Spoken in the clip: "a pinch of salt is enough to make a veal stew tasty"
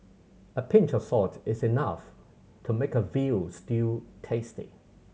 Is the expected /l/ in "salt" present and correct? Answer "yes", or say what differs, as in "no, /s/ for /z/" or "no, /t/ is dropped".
no, /l/ is dropped